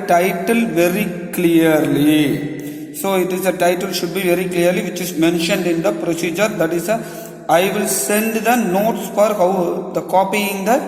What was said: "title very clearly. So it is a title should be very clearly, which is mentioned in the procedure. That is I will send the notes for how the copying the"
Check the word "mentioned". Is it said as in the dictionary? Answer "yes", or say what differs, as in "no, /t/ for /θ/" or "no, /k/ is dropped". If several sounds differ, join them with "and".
yes